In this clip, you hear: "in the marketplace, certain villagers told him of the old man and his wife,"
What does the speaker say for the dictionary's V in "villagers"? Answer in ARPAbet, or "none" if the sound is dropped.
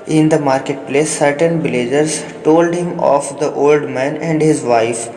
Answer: B